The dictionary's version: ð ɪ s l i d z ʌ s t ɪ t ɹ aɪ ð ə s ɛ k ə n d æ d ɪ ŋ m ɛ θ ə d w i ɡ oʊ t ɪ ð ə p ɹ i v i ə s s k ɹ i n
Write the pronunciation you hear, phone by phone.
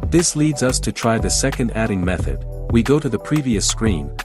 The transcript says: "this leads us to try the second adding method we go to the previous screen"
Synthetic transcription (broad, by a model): ð ɪ s l i d z ʌ s t ɪ t ɹ aɪ ð ə s ɛ k ə n d æ d ɪ ŋ m ɛ θ ə d w i ɡ oʊ t ɪ ð ə p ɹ i v i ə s s k ɹ i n